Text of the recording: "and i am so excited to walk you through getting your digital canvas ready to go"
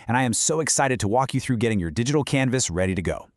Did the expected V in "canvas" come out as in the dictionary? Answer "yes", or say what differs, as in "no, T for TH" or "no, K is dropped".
yes